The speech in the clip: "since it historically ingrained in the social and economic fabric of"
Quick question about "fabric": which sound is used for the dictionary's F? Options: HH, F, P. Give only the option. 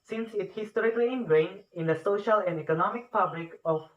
P